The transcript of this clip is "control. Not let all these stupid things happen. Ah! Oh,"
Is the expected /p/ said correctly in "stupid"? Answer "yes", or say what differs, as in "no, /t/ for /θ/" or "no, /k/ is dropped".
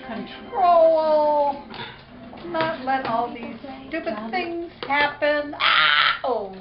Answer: no, /b/ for /p/